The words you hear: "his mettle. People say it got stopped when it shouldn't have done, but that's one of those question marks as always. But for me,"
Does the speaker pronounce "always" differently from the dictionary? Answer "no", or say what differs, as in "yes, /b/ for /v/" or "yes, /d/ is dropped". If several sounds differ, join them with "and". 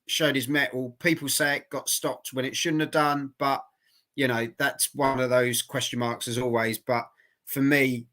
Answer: no